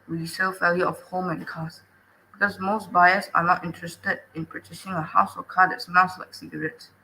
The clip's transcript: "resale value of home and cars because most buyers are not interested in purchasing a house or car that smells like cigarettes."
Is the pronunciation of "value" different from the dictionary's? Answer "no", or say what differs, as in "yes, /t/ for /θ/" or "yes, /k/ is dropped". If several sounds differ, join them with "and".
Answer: yes, /f/ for /v/